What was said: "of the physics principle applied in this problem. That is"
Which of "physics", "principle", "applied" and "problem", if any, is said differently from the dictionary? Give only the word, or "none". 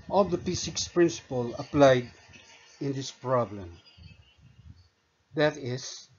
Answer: physics